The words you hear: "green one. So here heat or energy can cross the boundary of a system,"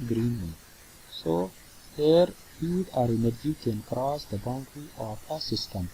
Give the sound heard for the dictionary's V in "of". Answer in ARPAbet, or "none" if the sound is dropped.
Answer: P